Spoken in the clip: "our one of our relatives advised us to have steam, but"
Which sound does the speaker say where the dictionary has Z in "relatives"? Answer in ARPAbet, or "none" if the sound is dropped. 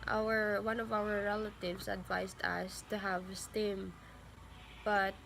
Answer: S